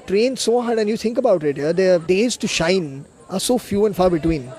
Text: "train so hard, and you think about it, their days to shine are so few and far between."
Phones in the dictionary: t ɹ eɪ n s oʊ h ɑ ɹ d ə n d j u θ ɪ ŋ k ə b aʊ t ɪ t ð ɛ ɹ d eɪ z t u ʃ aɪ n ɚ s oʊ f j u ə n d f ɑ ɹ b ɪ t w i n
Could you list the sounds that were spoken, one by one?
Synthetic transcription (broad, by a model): t ɹ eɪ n s oʊ h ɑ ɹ d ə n j u t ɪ ŋ k ə b aʊ t ɪ t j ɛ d d eɪ z t u ʃ aɪ n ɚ s oʊ f j u ə n d f ɑ ɹ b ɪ t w i n